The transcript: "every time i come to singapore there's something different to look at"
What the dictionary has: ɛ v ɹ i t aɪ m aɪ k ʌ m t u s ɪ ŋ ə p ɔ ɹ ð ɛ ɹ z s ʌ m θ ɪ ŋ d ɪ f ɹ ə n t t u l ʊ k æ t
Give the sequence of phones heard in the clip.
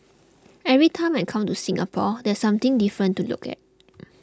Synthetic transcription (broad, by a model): ɛ v ɹ i t aɪ m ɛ k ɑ m t u s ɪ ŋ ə p ɔ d ɛ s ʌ m t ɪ ŋ d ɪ f ɹ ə n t t u l ʊ k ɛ t